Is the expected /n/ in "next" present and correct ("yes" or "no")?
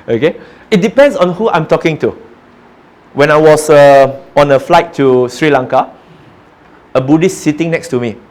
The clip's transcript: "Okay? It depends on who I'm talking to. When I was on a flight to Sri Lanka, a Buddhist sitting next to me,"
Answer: yes